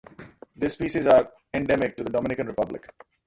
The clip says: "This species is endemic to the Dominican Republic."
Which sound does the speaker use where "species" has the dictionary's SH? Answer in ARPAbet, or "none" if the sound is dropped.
S